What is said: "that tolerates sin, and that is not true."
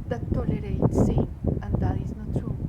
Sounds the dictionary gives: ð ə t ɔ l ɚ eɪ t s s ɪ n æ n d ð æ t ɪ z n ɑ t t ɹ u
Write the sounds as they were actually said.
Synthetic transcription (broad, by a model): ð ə t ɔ l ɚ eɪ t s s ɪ æ n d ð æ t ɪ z n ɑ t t ɹ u